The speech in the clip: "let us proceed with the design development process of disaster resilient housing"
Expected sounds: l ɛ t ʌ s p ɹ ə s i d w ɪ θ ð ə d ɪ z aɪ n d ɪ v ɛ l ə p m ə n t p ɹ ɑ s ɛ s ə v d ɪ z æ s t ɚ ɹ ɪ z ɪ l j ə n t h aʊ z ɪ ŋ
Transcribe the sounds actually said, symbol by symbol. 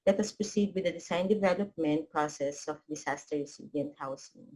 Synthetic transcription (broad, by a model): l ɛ t ʌ s p ɹ ə s i d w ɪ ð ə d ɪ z aɪ n d ɪ v ɛ l ə p m ə n t p ɹ ɑ s ɛ s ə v d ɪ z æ s t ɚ ɹ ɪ s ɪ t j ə n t h aʊ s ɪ ŋ